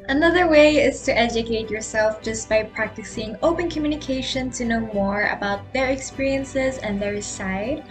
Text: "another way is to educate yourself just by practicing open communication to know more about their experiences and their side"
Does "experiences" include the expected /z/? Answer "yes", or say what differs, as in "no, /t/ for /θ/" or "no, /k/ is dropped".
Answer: yes